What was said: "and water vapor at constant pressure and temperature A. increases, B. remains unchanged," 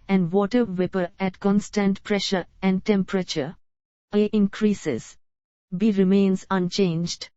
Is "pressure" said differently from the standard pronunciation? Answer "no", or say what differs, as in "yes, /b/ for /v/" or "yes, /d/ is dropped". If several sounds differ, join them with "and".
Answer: no